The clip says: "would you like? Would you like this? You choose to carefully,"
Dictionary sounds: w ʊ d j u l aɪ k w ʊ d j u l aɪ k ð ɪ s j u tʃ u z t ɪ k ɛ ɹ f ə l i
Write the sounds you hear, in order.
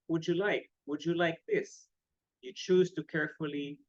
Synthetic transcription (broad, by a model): w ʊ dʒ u l aɪ k w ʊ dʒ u l aɪ k ð ɪ s j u tʃ u z t ɪ k ɛ ɹ f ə l i